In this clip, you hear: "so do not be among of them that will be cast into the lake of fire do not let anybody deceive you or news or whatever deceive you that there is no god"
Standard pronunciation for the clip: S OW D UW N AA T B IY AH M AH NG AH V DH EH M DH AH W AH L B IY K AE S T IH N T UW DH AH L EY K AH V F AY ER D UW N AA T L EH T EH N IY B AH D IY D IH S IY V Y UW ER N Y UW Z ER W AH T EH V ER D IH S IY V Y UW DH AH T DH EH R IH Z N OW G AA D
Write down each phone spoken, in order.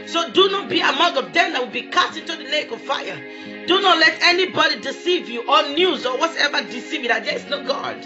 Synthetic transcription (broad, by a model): S OW D UW N AA T B IY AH M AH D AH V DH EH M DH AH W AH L B IY K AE S T IH N T UW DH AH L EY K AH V F AY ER D UW N AA T L EH T EH N IY B AH D IY D IH S IY V Y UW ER N Y UW Z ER W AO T EH V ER D IH S IY V Y UW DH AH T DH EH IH S N OW G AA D